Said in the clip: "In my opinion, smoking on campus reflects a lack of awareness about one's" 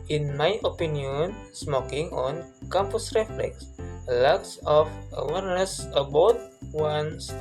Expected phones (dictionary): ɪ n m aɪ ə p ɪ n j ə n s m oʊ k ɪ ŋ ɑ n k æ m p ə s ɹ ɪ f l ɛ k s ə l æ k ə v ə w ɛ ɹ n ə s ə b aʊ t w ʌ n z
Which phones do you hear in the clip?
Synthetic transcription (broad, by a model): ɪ n m aɪ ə p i n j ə n s m oʊ k ɪ ŋ ɑ n k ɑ m p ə s ɹ ɪ f l ɛ k s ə l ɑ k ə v ə w ɛ ɹ n ə s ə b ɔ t w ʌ n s